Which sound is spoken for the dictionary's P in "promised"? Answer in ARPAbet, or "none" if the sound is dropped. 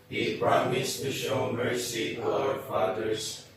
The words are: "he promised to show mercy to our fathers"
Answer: B